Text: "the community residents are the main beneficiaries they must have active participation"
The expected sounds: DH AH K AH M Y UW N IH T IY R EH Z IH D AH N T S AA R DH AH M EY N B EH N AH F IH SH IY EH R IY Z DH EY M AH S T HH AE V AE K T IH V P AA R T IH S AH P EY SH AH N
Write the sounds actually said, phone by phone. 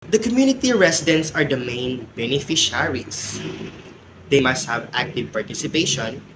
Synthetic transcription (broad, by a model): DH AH K AH M Y UW N IH T IY R EH S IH D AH N T S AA R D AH M EY N B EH N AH F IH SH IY R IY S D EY M AH S T HH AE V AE K T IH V P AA R T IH S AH P EY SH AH N